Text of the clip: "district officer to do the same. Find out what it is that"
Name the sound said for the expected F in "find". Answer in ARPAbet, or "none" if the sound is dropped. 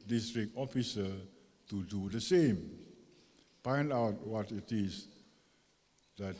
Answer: P